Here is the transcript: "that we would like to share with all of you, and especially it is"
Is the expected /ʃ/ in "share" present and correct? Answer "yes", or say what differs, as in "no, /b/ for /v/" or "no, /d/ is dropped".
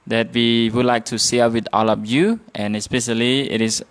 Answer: no, /s/ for /ʃ/